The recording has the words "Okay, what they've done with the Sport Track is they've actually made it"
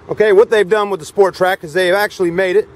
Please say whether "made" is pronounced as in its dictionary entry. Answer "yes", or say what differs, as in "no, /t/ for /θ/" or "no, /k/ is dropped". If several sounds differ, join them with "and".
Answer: yes